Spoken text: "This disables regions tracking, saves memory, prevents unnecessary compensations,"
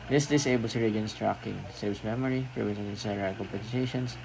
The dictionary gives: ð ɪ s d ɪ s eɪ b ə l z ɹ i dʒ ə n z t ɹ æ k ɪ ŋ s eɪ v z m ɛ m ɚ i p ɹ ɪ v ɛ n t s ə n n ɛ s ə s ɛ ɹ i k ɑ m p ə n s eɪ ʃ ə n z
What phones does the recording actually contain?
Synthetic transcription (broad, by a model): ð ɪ s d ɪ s eɪ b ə l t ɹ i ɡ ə n s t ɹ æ k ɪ ŋ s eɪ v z m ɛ m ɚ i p ɹ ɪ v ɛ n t ə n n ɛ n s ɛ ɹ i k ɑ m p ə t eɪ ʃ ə n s